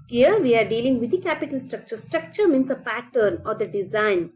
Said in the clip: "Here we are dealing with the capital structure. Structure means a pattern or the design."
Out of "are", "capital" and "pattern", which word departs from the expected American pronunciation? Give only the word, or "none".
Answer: none